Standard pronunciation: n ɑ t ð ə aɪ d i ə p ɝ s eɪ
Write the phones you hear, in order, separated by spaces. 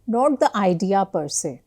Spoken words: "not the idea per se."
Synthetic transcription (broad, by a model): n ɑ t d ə aɪ d i ə p ɝ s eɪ